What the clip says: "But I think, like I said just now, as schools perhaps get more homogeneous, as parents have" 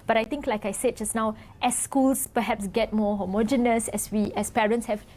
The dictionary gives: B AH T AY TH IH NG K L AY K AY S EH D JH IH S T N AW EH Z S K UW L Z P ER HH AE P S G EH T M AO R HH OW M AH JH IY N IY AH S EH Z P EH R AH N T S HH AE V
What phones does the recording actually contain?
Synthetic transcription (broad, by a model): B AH T AY T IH NG K L AY K AY S EH D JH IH S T N AW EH S K UW L S P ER HH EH P S G EH T M AO HH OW M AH JH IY N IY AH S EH S P EH R AH N T S HH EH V